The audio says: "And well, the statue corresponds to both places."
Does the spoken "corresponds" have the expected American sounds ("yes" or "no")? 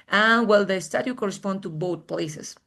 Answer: no